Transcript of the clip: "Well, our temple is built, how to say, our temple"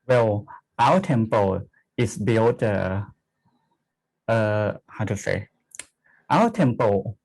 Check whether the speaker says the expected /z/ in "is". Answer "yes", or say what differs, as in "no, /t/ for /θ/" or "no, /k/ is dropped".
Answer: no, /s/ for /z/